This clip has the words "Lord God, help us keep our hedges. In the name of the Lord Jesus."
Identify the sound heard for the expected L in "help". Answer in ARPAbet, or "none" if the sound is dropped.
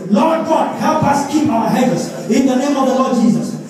L